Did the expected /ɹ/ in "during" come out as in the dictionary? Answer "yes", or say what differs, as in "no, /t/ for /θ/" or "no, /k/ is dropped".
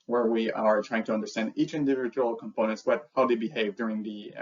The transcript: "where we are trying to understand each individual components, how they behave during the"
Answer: yes